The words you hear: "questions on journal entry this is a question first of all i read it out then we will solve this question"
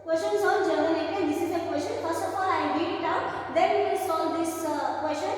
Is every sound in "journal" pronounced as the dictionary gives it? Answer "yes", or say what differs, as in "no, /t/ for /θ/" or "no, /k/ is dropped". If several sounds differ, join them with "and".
no, /n/ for /l/